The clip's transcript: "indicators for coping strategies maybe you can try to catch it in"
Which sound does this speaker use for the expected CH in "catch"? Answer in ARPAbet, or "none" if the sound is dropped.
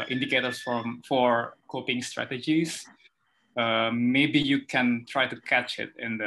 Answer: CH